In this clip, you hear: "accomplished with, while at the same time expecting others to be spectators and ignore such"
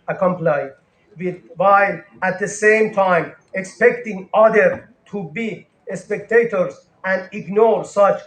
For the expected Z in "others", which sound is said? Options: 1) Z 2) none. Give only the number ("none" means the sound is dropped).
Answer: 2